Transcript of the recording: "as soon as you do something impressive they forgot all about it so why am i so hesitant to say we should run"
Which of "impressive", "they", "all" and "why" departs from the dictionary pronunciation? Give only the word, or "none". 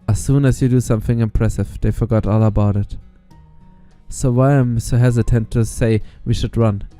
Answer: none